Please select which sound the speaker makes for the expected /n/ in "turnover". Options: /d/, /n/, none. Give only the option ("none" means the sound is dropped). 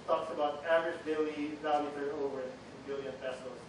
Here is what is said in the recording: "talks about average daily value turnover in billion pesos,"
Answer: none